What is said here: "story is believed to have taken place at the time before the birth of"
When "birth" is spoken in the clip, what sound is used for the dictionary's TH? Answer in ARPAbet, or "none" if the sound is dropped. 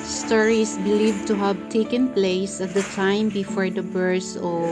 S